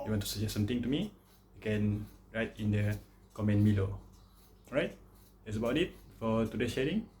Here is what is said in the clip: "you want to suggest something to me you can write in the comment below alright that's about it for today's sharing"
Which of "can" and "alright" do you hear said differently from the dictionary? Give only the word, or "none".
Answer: alright